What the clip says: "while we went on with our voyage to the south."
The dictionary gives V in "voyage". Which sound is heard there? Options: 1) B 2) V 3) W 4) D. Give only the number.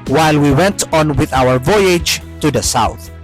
2